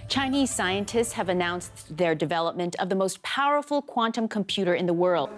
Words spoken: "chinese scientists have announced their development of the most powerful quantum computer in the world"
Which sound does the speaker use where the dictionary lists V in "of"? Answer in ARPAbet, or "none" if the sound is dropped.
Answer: V